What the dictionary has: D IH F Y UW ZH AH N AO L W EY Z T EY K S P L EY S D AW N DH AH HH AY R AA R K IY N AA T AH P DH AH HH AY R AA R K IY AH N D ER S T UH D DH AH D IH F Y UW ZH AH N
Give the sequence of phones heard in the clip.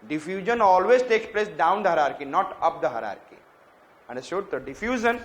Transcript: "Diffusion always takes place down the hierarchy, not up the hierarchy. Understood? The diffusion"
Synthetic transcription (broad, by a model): D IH F Y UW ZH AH N AO L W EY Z T EY K S P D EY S D AW N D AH HH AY R AA R K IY N AA T AH P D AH HH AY R AA R K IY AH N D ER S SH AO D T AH D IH F Y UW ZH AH N